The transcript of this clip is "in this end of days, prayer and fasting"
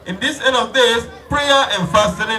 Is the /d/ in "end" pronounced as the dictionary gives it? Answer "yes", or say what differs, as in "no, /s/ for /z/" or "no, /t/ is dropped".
no, /d/ is dropped